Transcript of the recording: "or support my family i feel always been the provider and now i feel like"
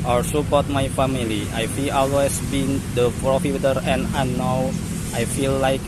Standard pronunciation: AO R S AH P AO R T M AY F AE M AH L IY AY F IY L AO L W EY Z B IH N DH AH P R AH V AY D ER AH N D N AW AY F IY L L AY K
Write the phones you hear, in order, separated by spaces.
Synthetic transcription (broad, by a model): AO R S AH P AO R T M AY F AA M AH L IY AY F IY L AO L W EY S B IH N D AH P R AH F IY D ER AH N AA N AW AY F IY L L AY K